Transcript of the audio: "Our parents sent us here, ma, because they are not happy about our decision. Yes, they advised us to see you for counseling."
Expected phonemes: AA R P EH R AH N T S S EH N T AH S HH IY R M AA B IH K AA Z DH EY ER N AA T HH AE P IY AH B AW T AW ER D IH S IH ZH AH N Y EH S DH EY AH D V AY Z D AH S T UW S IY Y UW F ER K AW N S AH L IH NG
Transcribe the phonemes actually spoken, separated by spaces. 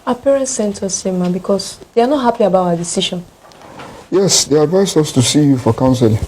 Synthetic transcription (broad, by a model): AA P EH R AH N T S S EH N T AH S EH M AA B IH K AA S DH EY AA N AA T HH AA P IY AH B AW T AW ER D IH S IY SH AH N Y EH S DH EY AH D V AY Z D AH S T UW S IY Y UW F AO K AW N S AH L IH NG